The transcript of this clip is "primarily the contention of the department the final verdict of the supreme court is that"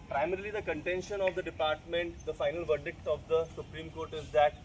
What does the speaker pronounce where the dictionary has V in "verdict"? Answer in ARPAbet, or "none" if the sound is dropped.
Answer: V